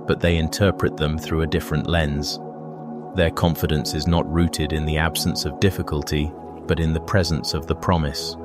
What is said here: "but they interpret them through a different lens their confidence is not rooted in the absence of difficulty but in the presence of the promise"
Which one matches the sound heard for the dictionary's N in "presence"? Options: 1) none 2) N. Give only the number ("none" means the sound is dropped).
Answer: 2